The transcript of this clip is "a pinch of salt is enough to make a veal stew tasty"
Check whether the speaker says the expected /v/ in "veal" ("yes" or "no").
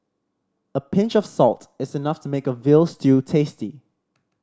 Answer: yes